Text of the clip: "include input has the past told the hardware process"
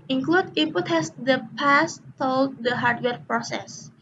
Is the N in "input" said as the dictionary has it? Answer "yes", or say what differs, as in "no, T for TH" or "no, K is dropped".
no, N is dropped